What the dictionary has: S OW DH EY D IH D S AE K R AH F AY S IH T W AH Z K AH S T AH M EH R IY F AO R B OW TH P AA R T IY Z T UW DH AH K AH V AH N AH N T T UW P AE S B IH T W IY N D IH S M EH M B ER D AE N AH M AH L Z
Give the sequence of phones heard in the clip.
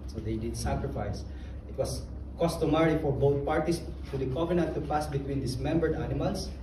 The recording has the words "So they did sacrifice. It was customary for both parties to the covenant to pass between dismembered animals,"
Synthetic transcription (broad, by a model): S OW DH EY D IH D S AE K R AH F AY S IH T W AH S K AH S T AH M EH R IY F AO R B OW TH P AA R T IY S T UW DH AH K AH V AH N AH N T T UW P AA S B IH T W IY N D IH S M EH M B ER D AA N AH M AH L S